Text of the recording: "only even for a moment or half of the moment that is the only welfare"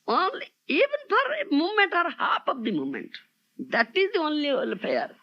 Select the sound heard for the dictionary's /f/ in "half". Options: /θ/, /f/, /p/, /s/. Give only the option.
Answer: /p/